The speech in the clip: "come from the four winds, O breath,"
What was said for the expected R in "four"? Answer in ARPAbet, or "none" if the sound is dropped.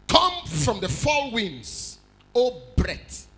L